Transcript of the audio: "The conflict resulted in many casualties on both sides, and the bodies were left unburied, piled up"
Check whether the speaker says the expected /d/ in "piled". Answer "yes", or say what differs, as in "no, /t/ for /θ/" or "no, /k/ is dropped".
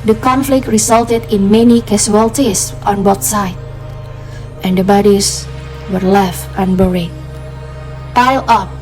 no, /d/ is dropped